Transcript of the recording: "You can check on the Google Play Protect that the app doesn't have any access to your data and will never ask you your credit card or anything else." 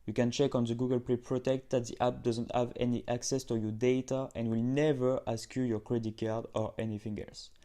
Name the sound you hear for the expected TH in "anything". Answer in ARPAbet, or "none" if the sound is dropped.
F